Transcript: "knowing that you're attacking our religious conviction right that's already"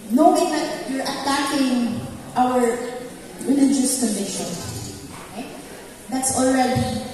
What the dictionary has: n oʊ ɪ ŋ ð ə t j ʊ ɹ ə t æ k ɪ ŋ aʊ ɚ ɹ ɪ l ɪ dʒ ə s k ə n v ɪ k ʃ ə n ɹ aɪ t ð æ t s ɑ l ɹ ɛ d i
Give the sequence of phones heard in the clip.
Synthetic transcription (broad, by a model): n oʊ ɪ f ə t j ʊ ɹ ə t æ k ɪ ŋ aʊ ɚ ɹ ɪ l ɪ dʒ ə s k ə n ɪ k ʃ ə n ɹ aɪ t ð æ t s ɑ l ɹ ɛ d i